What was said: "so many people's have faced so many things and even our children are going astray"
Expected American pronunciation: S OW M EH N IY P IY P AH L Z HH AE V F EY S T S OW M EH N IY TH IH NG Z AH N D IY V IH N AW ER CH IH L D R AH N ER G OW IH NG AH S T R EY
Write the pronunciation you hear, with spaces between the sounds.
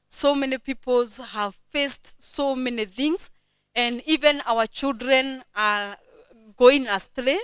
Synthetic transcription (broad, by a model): S OW M EH N IY P IY P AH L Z HH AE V F EY S T S OW M EH N IY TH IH NG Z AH N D IY V IH N AW ER CH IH L D R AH N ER G OW IH NG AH S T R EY